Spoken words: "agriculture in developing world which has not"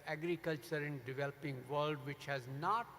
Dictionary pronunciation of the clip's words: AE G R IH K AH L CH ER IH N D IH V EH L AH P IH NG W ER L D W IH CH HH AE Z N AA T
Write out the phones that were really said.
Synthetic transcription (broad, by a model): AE G R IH K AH L CH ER IH N D IH V EH L AH P IH NG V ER L D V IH CH HH AE Z N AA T